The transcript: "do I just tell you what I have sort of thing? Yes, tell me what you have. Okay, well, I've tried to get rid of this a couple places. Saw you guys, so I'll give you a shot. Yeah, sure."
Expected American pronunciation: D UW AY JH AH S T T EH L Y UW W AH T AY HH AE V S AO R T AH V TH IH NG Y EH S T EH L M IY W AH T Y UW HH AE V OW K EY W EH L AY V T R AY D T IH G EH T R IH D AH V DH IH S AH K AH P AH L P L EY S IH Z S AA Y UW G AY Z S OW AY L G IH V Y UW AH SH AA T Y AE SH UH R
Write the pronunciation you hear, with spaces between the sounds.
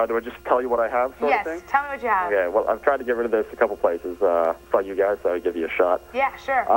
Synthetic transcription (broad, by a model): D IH AY JH AH S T T EH L Y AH W AH T AY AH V S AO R AH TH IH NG T EH L M IY W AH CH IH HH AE OW K EY W EH L AY V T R AY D T IH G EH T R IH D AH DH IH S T K AH P L P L EY S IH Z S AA Y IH G AY Z S OW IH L G IH V Y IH AH SH AA T Y AE SH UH R